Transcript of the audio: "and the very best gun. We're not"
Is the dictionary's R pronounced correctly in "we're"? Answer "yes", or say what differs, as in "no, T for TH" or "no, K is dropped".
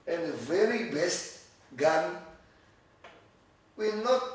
no, L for R